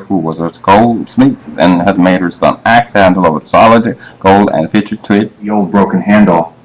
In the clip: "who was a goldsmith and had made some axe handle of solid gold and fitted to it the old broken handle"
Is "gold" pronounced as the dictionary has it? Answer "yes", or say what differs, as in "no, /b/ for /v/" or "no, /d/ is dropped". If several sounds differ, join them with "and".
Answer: yes